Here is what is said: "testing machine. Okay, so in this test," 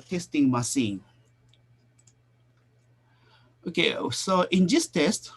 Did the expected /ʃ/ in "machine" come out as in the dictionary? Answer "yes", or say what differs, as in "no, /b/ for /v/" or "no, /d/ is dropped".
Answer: no, /s/ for /ʃ/